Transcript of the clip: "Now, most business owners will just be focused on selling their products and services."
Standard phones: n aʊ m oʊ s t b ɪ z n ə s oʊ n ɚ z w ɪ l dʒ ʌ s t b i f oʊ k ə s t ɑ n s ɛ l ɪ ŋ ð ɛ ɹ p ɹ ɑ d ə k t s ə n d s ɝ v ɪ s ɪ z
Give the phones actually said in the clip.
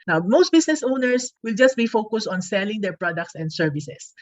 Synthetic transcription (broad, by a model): n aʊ m oʊ s t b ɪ s n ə s oʊ n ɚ s w ɪ l dʒ ʌ s t b i f oʊ k ə s t ɑ n s ɛ l ɪ ŋ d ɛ ɹ p ɹ ɑ d ə k t s ə n d s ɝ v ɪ s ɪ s